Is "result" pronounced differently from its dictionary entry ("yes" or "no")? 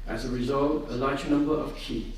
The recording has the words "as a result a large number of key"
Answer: no